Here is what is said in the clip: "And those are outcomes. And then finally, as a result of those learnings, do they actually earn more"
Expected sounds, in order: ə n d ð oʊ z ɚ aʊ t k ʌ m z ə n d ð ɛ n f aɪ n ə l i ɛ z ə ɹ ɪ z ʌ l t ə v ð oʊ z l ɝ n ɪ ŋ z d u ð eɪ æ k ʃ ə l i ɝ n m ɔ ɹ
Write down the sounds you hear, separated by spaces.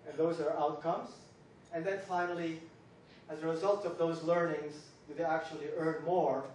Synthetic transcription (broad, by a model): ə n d ð oʊ z ɚ aʊ t k ʌ m z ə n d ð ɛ n f aɪ n ə l i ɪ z ə ɹ ɪ z ʌ l t ə v ð oʊ z l ɝ n ɪ ŋ z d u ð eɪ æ k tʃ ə l i ɝ n m ɔ ɹ